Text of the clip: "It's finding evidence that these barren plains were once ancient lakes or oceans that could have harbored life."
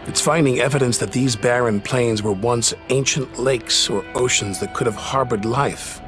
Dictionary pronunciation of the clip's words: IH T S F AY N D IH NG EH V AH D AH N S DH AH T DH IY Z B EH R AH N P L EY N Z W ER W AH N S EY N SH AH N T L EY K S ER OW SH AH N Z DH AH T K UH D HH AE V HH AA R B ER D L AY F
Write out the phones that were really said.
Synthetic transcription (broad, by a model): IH T S F AY N D IH NG EH V AH D AH N S DH AH T DH IY Z B EH R AH N P L EY N Z W ER W AH N S EY N SH AH N T L EY K S ER OW SH AH N Z DH AH T K UH D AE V HH AA R B ER D L AY F